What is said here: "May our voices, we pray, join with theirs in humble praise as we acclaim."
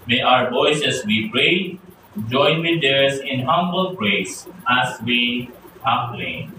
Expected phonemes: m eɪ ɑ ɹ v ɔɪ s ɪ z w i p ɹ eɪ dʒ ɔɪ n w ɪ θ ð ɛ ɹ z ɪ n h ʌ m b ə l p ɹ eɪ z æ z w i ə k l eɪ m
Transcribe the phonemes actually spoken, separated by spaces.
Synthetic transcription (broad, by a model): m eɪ ɑ ɹ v ɔɪ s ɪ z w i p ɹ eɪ dʒ ɔɪ n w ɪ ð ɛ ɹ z ɪ n h ʌ m b ə l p ɹ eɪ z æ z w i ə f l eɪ